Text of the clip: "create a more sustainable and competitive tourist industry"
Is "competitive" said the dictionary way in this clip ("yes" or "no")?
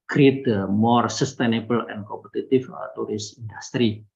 no